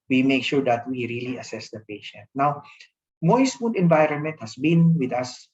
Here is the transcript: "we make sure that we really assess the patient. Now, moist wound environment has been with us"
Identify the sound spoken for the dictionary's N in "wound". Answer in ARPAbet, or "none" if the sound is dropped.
none